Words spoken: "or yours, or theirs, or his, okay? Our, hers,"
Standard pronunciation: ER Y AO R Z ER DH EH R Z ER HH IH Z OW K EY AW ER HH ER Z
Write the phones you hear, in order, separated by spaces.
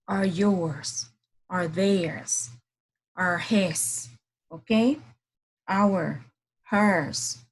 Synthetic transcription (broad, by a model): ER Y AO R Z ER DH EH R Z ER HH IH S OW K EY AW ER HH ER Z